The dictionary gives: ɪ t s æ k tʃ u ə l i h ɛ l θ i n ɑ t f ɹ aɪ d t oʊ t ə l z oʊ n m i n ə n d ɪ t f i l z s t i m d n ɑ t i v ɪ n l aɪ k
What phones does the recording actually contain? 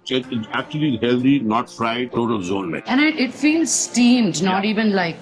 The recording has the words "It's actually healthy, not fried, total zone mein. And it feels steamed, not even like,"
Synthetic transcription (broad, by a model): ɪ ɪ æ k tʃ u ə l i h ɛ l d i n ɑ t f ɹ aɪ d t oʊ t ə l z oʊ n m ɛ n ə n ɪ ɪ t f i l z s t i m d n ɑ t i v ɪ n l aɪ k